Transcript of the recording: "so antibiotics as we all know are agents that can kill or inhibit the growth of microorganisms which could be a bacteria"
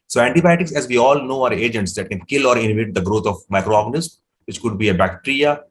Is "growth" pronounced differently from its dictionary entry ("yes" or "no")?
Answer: yes